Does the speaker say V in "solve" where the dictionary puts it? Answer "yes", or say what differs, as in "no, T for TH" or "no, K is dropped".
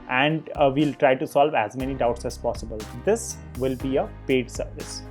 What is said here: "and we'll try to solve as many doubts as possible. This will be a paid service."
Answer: yes